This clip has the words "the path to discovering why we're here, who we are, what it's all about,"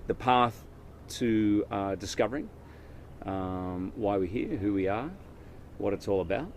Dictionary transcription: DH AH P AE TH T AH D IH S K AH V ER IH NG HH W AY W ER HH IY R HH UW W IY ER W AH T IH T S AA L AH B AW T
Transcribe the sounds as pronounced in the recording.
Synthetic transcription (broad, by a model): DH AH P AE TH T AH D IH S K AH V ER IH NG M W AY W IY HH IY R HH UW W IY ER W AH T IH T S AA L AH B AW T